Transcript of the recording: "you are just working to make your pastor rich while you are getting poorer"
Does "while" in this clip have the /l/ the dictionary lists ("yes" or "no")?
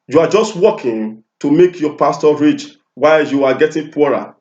yes